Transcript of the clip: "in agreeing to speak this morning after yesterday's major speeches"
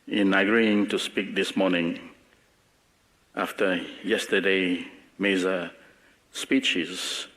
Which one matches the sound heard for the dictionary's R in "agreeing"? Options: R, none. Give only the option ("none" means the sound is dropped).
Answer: R